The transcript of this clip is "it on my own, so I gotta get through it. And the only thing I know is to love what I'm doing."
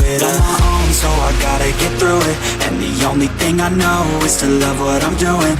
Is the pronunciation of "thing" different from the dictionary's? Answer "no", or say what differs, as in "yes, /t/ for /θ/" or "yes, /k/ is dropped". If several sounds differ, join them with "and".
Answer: no